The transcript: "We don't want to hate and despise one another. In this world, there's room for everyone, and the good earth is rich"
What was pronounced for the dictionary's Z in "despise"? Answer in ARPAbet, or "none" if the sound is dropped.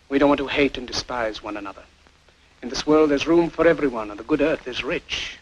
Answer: Z